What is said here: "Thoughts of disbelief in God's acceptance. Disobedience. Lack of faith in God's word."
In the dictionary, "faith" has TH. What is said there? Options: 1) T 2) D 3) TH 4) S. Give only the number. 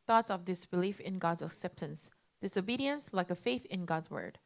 3